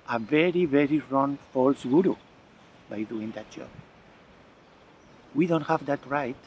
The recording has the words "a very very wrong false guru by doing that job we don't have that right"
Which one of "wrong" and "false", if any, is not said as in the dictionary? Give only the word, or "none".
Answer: none